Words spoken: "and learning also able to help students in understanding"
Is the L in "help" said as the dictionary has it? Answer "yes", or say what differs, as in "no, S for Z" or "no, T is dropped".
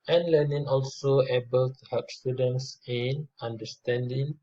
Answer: no, L is dropped